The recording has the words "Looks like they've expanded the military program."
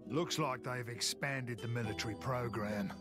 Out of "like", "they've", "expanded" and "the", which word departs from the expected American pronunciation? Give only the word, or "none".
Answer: none